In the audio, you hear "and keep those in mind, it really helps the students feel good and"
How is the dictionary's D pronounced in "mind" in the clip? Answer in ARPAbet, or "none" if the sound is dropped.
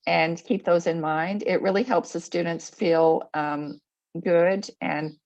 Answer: D